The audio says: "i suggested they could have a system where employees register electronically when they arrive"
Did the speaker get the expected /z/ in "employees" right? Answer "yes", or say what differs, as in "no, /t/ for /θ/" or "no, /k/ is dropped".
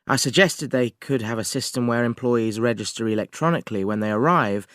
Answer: yes